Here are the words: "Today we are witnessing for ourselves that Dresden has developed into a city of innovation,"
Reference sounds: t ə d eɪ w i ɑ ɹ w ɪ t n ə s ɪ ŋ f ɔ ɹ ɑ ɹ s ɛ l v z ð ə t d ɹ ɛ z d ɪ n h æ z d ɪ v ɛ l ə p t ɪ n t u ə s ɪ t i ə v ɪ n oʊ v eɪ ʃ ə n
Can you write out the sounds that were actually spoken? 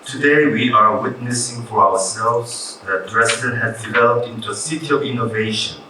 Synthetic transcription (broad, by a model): t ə d eɪ w i ɑ ɹ w ɪ t n ə s ɪ ŋ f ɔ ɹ ɑ w s ɛ l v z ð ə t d ɹ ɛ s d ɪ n h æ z d ɪ v ɛ l ə p t ɪ n t u ə s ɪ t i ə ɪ n oʊ v eɪ ʃ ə n